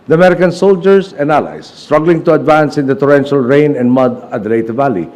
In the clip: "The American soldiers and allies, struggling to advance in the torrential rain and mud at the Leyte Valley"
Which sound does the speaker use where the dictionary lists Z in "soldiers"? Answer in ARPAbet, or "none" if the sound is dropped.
S